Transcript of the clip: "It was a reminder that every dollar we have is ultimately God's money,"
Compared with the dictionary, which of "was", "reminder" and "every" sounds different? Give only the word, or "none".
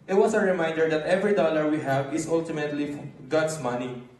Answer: was